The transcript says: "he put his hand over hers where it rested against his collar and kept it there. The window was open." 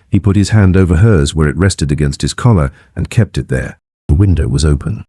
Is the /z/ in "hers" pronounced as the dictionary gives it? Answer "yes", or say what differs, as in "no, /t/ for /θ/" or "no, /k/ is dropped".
yes